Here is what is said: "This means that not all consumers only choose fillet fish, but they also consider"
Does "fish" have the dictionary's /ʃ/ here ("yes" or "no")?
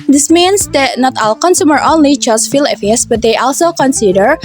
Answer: no